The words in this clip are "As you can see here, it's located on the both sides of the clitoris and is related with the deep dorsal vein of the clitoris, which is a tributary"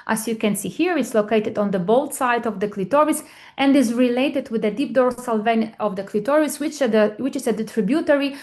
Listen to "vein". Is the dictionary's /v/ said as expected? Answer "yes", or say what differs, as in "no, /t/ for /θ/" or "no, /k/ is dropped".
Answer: yes